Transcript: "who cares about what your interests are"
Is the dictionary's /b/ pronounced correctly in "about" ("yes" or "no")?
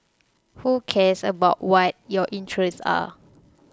yes